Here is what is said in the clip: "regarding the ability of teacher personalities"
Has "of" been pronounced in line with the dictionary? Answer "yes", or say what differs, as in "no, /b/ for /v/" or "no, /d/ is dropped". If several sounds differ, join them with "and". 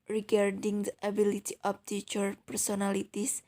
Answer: no, /p/ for /v/